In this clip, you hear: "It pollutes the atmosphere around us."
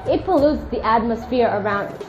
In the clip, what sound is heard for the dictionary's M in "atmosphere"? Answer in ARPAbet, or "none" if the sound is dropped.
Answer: M